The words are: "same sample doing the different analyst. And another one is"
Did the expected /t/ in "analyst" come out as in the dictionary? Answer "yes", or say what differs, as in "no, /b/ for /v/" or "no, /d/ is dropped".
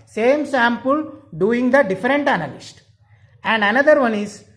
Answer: yes